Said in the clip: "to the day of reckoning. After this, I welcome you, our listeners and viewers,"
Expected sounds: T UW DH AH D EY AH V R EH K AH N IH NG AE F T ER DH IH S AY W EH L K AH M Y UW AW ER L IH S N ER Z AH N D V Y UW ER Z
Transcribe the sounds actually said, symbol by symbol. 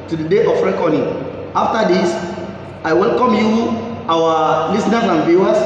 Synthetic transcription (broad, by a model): T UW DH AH D EY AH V R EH K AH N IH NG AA F T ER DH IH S AY W EH L K AH M Y UW AW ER L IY S N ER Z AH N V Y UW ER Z